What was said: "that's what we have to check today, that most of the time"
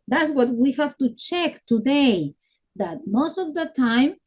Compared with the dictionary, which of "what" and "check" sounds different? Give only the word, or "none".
none